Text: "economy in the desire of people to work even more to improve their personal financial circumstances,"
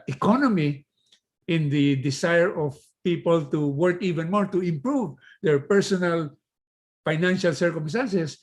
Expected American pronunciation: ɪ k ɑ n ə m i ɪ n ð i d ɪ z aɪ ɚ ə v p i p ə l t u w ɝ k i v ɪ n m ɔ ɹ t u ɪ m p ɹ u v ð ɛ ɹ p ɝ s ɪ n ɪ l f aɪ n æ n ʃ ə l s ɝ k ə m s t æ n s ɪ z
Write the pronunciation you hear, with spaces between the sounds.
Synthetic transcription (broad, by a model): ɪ k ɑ n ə m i ɪ n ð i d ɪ s aɪ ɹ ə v p i p ə l t u w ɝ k i v ɪ n m ɔ ɹ t u ɪ m p ɹ u v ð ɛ ɹ p ɝ s ɪ n ɪ l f aɪ n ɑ n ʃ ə l s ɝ k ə m s t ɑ n s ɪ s